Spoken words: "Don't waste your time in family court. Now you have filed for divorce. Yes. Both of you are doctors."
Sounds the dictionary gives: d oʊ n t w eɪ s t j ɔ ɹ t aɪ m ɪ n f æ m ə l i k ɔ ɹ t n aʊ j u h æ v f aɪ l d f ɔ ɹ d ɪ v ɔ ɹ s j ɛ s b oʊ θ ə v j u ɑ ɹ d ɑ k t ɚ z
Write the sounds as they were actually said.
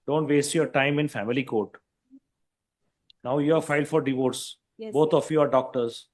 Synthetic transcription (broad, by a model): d oʊ n t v eɪ s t j ɔ ɹ t aɪ m ɪ n f æ m ə l i k ɔ ɹ t n aʊ j u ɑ f aɪ l d f ɔ ɹ d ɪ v ɔ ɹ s s b oʊ t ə f j u ɑ ɹ d ɑ k t ɚ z